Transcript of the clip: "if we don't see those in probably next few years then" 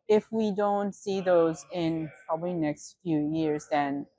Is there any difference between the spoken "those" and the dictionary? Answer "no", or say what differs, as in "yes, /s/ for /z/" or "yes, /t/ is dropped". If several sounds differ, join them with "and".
no